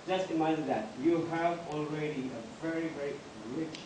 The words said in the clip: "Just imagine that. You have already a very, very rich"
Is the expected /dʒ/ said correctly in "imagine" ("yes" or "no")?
no